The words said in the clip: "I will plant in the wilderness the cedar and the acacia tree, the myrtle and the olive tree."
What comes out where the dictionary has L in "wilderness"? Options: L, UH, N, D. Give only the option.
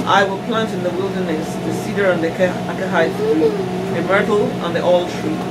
L